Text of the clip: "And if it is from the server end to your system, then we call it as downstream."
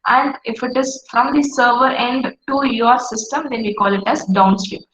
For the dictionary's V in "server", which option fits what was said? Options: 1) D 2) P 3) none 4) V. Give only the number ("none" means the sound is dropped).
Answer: 4